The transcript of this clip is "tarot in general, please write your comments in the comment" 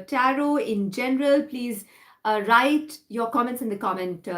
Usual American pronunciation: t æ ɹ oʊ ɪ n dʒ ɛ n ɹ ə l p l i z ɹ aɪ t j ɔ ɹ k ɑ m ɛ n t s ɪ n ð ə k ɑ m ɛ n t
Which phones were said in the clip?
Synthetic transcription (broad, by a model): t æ ɹ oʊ ɪ n dʒ ɛ n ɹ ə l p l i z ɹ aɪ t j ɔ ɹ k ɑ m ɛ n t s ɪ n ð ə k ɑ m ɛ n t